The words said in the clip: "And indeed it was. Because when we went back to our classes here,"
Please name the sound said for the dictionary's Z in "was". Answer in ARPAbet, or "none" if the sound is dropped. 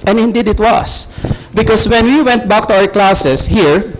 S